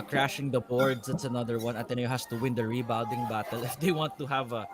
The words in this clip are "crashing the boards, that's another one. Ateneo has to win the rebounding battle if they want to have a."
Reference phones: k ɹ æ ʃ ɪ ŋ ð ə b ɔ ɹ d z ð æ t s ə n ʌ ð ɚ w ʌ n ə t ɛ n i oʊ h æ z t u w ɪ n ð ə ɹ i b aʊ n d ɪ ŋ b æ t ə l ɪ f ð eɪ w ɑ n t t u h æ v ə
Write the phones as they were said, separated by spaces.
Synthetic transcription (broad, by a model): k ɹ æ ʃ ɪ ŋ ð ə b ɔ ɹ d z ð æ t s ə n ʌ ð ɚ w ʌ n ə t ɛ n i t h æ s t u w ɪ n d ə ɹ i b aʊ d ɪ ŋ b æ t ə l ɪ f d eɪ w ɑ n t t u h æ v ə